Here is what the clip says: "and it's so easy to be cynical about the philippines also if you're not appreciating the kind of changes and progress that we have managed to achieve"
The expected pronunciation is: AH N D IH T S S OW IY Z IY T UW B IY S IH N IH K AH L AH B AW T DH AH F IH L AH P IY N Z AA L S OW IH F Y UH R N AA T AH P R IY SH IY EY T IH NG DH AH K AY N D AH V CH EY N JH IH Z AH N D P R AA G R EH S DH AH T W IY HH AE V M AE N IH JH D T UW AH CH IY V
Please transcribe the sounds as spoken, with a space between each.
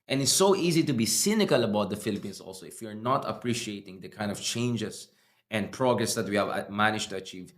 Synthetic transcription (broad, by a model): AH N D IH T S S OW IY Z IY T UW B IY S IH N IH K AH L AH B AW T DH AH F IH L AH P IY N S AA L S OW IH F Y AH R N AA T AH P R IY SH IY EY T IH NG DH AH K AY N D AH V CH EY N JH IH S AH N D P R AA G R EH S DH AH T W IY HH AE V M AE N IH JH T UW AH CH IY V